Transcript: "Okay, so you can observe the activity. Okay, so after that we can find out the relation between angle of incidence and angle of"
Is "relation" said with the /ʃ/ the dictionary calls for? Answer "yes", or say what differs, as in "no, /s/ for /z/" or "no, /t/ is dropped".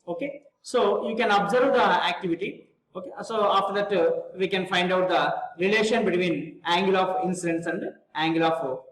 yes